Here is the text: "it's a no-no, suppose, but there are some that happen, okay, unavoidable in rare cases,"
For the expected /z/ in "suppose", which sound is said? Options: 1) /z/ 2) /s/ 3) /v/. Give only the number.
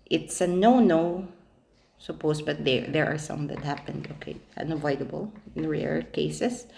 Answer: 2